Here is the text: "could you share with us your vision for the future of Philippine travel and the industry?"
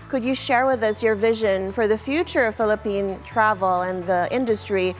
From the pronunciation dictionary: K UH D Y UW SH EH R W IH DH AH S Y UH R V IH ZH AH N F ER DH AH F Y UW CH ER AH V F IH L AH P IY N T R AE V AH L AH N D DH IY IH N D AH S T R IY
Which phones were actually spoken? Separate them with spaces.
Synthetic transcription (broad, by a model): K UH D Y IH SH EH R W IH DH AH S Y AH R V IH ZH AH N F ER DH AH F Y UW CH ER AH V F IH L AH P IY N T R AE V L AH N DH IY IH N D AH S T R IY